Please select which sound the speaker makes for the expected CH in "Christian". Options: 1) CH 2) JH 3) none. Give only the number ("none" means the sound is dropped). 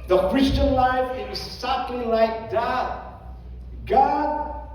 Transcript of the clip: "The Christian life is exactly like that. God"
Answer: 1